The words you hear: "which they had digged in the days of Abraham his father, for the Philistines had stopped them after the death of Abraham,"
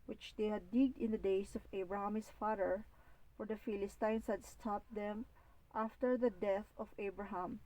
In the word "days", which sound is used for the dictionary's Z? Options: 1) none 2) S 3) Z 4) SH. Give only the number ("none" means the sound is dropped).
2